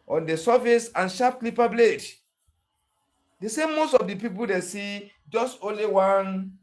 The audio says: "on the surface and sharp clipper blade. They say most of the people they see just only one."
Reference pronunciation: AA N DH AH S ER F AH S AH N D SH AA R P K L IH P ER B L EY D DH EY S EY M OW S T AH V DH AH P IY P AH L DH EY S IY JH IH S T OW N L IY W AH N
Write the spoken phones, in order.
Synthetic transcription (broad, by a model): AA N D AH S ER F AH S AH N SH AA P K L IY P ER B L EY D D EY S EY M OW S T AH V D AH P IY P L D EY S IY JH IH S T OW N L IY W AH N